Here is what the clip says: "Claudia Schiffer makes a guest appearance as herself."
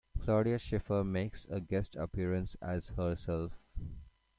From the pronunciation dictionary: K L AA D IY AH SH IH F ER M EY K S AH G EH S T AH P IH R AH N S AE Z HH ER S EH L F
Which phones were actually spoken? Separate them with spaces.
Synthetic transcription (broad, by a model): K L AA D IY AH SH IH F ER M EY K S AH G EH S T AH P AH R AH N S AE Z HH ER S EH L F